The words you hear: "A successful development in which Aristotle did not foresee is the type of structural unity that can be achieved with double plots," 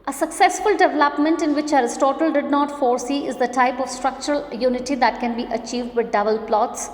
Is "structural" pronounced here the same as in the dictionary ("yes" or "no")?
yes